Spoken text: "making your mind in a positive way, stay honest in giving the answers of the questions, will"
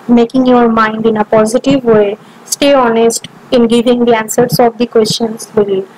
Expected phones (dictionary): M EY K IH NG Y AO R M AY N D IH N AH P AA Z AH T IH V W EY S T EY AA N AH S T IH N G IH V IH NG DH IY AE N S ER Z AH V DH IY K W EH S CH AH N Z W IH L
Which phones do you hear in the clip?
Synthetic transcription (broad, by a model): M EY K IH NG Y AO R M AY N D IH N AH P AA Z AH T IH V W EY S T EY AA N AH S T IH N G IH V IH NG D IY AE N S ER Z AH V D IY K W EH S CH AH N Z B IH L